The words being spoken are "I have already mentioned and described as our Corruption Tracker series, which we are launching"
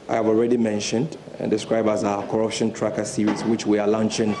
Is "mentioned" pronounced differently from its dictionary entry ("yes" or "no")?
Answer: no